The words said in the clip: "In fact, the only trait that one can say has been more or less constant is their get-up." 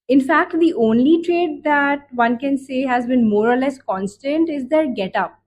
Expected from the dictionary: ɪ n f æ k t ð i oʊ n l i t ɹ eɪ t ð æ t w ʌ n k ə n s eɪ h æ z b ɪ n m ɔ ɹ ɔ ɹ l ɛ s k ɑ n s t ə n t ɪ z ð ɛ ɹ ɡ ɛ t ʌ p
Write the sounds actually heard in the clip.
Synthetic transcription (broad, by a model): ɪ n f æ k t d i oʊ n l i t ɹ eɪ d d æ t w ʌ n k ə n s eɪ h æ z b ɪ n m ɔ ɹ ɔ ɹ l ɛ s k ɑ n s t ə n t ɪ z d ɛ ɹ ɡ ɛ t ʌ p